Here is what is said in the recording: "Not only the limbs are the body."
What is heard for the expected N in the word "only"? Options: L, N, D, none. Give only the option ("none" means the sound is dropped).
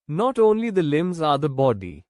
N